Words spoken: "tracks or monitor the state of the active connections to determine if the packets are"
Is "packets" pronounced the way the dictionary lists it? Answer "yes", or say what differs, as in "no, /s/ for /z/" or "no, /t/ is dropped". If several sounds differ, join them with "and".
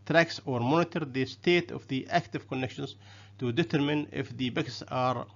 no, /b/ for /p/